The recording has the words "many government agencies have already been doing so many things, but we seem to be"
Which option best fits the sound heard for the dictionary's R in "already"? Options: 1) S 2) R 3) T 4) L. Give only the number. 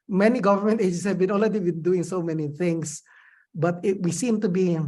4